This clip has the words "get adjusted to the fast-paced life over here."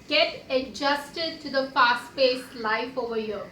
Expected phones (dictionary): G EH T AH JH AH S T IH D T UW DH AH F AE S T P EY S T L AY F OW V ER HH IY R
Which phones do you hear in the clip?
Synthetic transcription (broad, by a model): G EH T AH JH AH S T IH D T UW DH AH P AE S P EY S L AY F OW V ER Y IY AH